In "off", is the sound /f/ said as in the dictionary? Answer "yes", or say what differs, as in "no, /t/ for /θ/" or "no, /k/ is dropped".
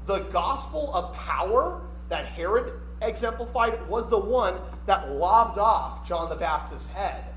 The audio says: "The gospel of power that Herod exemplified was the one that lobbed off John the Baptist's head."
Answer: yes